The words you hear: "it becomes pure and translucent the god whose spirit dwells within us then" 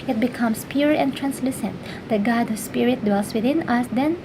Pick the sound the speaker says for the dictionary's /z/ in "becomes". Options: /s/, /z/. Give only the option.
/s/